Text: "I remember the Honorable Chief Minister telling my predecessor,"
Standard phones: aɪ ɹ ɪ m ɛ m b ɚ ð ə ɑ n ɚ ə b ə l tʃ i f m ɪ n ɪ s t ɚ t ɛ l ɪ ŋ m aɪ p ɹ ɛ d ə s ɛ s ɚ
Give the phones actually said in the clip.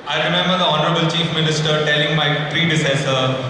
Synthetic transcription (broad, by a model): aɪ ɹ ɪ m ɛ m b ɚ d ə ɑ n ɚ ə b ə l tʃ i f m ɪ n ɪ s t ɚ t ɛ l ɪ ŋ m aɪ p ɹ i d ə s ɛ s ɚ